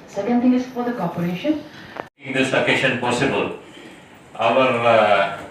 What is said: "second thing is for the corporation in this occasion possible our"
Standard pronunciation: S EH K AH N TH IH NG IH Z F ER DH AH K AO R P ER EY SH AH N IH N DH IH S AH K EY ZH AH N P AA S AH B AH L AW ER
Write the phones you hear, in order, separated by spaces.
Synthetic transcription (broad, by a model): S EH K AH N T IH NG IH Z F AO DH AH K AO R P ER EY SH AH N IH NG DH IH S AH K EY SH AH N P AA S AH B AH L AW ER